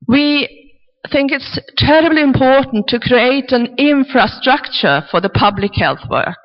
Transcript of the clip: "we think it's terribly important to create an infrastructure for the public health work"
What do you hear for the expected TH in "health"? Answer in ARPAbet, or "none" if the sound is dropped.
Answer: TH